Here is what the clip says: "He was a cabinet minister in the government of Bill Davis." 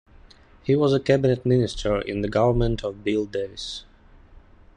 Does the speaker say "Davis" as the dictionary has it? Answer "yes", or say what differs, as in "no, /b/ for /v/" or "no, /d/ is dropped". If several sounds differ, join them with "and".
no, /v/ is dropped